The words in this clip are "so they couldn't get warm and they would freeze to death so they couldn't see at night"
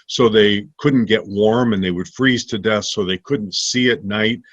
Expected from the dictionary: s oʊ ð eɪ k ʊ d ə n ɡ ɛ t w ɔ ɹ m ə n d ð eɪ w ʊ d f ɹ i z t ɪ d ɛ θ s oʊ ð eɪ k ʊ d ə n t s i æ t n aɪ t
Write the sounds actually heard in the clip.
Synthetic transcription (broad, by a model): s oʊ ð eɪ k ʊ d n ɡ ɛ t w ɔ ɹ m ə n ð eɪ w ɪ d f ɹ i z t ɪ d ɛ θ s oʊ ð eɪ k ʊ d n t s i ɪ t n aɪ t